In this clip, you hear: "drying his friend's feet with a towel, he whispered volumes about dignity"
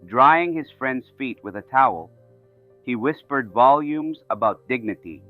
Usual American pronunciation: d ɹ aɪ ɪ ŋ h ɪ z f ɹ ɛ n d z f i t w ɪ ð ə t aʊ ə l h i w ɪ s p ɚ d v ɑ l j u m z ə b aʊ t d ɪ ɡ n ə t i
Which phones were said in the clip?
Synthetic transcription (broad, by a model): d ɹ aɪ ɪ ŋ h ɪ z f ɹ ɛ n d z f i t w ɪ ð ə t aʊ ə l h i w ɪ s p ɚ d v ɑ l j u m z ə b aʊ t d ɪ ɡ n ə t i